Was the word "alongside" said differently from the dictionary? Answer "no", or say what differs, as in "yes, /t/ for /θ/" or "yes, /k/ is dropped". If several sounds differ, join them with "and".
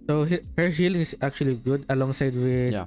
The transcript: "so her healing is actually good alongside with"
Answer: no